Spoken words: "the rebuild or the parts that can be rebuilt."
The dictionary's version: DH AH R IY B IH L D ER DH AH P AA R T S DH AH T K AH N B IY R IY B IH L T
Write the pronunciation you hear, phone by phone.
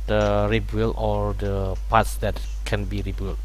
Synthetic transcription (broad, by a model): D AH R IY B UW L AO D AH P AA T S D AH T K AH N B IY R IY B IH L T